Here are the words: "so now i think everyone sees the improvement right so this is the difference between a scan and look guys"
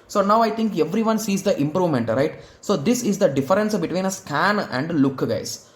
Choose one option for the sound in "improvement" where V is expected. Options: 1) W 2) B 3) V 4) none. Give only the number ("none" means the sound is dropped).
3